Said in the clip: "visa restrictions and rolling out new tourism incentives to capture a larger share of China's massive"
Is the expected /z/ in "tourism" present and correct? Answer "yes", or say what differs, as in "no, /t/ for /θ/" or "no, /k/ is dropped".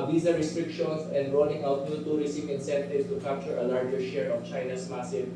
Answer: no, /s/ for /z/